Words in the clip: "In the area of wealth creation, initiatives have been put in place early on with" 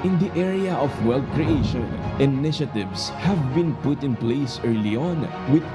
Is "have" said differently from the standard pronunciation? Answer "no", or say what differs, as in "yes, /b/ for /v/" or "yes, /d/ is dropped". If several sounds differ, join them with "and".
no